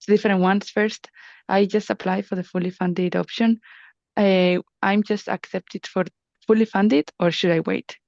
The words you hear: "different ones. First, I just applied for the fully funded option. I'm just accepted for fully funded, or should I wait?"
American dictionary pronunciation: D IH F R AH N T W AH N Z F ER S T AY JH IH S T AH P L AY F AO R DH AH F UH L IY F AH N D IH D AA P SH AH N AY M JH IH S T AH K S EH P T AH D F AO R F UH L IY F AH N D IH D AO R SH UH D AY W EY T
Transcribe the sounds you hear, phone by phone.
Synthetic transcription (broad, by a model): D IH F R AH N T W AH N S F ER S T AY JH IH S T AH P L AY F AO R DH AH F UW L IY F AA N D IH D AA P SH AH N AY M JH IH S T AH K S EH P T AH D F AO R F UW L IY F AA N D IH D AO R SH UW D AY W EY T